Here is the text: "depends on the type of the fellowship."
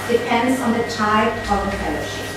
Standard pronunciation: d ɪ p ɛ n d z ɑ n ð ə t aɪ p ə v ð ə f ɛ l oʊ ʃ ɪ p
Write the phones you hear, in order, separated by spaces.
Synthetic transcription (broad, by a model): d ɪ p ɛ n d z ɑ n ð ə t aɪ ə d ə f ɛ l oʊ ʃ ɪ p